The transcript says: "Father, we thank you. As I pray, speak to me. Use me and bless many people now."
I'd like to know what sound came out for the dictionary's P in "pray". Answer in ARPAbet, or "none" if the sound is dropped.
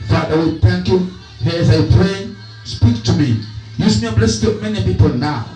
P